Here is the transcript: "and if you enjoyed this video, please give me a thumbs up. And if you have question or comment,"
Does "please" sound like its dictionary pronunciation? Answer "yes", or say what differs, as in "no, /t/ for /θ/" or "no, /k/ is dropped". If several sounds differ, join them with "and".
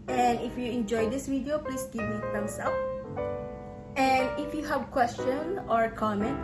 no, /s/ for /z/